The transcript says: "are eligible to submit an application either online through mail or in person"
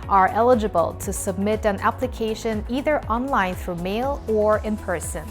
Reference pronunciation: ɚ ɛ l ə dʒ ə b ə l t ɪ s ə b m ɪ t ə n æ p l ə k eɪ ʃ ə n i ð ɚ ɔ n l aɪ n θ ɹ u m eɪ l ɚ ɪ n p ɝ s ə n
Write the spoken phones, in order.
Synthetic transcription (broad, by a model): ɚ ɛ l ə dʒ ə b ə l t ɪ s ə b m ɪ t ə n æ p l ə k eɪ ʃ ə n i ð ɚ ɔ n l aɪ n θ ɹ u m eɪ l ɚ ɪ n p ɝ s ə n